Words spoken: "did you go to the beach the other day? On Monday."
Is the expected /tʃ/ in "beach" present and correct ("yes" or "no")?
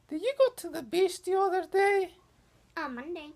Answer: no